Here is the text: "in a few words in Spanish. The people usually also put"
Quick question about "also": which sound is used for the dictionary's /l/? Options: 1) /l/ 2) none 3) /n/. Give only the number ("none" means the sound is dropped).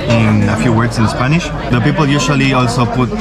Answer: 1